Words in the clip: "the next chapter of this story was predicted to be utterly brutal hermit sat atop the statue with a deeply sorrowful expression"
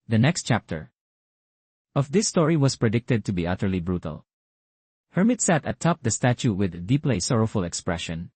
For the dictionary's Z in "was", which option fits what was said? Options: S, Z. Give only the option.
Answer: S